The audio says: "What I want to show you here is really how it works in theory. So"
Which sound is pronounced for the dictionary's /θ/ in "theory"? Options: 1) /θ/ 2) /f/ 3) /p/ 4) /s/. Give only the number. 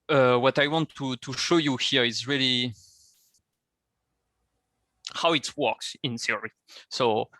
4